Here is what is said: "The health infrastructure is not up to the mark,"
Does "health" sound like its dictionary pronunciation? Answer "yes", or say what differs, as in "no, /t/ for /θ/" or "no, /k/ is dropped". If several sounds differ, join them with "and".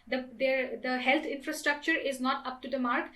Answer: no, /t/ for /θ/